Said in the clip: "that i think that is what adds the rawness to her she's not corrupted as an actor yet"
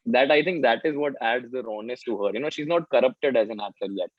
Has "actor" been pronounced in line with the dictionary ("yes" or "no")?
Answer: no